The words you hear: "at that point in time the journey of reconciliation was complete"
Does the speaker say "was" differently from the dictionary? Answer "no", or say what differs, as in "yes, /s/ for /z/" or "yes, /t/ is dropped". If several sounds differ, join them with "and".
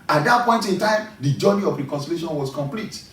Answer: yes, /s/ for /z/